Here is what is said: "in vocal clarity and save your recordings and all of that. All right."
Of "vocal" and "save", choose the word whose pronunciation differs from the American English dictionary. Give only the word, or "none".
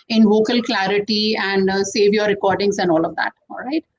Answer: none